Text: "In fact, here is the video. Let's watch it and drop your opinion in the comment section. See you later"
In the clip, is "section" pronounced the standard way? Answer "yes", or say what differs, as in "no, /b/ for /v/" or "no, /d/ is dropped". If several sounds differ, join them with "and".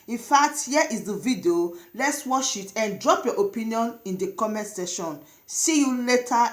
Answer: no, /k/ is dropped